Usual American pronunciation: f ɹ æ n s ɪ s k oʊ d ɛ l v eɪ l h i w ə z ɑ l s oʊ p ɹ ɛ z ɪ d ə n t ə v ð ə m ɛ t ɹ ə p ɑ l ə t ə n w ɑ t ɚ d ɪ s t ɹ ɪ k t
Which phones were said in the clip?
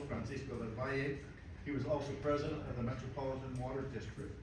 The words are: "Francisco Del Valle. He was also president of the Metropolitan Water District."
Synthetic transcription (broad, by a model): f ɹ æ n s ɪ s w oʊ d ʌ n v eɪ h i w ə z ɑ l s oʊ p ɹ ɛ z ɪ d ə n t ə v ð ə m ɛ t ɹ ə p ɑ l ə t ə n w ɑ t ɚ d ɪ s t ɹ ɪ k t